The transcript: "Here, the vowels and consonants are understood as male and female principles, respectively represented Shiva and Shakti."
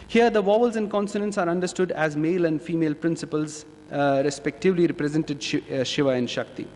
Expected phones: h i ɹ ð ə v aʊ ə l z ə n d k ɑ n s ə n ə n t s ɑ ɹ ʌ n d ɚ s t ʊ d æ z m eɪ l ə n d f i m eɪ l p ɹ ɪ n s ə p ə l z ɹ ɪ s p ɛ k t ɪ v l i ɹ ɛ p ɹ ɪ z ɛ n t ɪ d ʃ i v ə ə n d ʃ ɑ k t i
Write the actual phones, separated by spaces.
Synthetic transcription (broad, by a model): h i ɹ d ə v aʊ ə l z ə n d k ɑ n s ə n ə n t s ɑ ɹ ʌ n d ɚ s t ʊ d æ z m eɪ l ə n d f i m eɪ l p ɹ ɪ n s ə p ə l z ɹ ɪ s p ɛ k t ɪ v l i ɹ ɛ p ɹ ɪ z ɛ n t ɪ d ʃ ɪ v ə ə n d ʃ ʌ k t i